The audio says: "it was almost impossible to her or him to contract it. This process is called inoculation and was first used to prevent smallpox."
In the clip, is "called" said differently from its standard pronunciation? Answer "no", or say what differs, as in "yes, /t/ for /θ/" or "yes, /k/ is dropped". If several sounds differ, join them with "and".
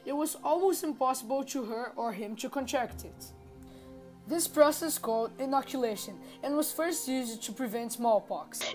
no